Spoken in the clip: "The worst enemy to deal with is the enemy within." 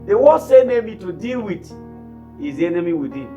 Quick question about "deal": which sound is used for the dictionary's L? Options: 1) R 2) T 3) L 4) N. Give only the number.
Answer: 3